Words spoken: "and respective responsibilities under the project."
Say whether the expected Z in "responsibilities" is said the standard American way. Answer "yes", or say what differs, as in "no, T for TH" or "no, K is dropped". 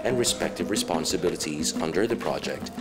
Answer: yes